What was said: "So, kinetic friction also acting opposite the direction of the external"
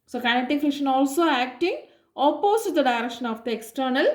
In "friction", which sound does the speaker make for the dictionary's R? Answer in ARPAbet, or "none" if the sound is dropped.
none